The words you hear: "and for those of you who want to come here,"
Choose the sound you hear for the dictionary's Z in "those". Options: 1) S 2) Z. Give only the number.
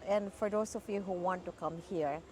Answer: 1